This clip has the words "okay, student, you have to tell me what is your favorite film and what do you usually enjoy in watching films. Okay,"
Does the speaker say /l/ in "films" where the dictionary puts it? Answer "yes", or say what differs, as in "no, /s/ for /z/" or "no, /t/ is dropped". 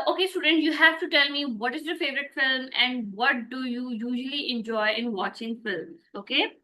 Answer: yes